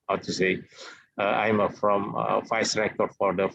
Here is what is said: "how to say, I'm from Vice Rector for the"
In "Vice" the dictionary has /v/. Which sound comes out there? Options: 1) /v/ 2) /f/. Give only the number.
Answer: 2